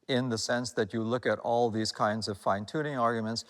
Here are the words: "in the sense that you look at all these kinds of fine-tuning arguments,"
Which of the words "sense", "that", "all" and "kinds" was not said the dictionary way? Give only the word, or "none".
none